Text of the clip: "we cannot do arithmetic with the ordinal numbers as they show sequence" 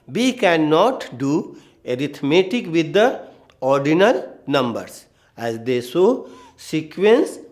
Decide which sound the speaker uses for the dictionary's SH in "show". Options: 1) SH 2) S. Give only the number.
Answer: 2